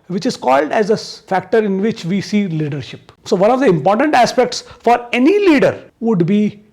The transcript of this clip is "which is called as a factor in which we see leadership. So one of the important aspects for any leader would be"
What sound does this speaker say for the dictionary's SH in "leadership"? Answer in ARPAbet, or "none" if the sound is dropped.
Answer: SH